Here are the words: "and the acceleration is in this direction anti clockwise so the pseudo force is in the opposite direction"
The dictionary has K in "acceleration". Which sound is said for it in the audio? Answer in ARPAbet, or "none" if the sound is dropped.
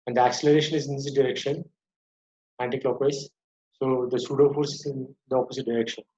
K